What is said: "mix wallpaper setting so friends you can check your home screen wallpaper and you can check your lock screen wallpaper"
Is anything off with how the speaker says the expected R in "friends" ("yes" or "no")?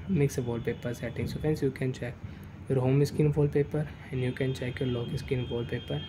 yes